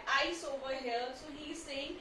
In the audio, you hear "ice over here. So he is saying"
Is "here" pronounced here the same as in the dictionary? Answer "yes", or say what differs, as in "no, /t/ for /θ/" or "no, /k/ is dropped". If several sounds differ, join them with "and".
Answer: no, /l/ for /ɹ/